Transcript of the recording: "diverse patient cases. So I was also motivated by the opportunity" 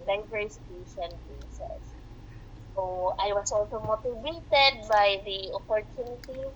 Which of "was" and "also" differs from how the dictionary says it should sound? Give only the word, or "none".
was